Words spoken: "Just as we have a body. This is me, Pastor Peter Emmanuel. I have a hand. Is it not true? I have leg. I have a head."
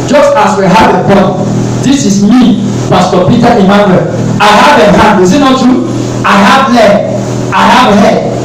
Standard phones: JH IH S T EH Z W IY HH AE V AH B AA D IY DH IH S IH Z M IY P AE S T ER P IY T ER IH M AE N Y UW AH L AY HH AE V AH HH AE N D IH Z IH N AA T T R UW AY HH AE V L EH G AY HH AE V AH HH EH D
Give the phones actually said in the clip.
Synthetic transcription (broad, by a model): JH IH S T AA S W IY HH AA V AH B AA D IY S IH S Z M IY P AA S T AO P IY T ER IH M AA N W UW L AY HH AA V AH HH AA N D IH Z IH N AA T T UW AY HH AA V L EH AY HH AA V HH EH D